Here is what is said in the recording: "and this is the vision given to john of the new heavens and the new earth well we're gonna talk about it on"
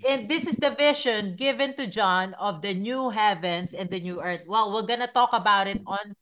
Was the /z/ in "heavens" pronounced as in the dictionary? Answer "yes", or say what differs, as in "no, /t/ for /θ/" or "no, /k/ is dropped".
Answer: no, /s/ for /z/